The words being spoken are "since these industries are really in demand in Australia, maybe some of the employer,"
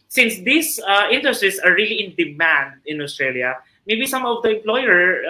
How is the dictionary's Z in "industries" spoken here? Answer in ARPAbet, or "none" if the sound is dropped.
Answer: S